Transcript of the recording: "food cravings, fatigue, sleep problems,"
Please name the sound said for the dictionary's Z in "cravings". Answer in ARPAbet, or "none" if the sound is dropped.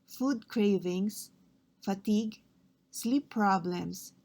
S